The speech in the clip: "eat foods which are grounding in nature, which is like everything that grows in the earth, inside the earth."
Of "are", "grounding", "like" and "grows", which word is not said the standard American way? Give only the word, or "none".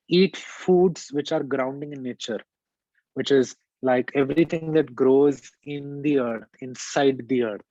none